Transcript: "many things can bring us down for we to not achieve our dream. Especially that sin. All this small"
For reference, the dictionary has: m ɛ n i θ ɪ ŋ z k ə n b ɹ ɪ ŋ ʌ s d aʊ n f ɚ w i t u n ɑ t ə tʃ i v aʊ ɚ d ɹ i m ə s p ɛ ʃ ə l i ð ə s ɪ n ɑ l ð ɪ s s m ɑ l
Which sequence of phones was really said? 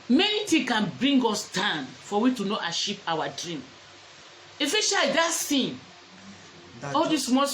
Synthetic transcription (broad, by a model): m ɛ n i t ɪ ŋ k ə n b ɹ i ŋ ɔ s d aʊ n f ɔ w i t u n ɑ t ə ʃ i p aʊ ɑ d ɹ i m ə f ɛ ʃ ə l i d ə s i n ɑ l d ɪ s s m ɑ